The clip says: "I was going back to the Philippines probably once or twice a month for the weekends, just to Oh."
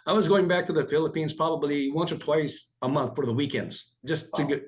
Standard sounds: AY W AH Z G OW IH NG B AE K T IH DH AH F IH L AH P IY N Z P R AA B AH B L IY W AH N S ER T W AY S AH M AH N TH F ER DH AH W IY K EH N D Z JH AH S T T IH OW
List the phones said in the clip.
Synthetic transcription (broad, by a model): AY W AH Z G OW IH NG B AE K T IH DH AH F IH L AH P IY N Z P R AA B AH B L IY W AH N S ER T W AY S AH M AH N TH F ER DH AH W IY K EH N D Z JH AH S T T IH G